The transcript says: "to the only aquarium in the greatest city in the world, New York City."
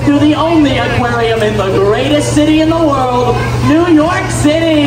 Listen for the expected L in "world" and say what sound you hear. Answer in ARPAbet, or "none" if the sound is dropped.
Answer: L